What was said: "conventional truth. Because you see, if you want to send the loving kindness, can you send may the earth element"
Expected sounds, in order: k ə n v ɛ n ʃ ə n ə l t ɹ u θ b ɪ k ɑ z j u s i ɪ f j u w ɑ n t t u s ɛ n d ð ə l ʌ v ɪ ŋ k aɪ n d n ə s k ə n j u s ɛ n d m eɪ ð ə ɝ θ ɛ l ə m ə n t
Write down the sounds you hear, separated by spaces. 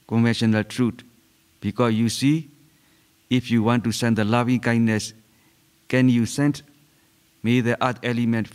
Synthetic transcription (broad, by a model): k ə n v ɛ n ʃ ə n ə l t ɹ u t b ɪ k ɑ s j u s i ɪ f j u w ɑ n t t u s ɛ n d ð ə l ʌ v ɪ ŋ k aɪ n d n ə s k ə n j u s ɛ n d m eɪ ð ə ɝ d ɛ l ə m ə n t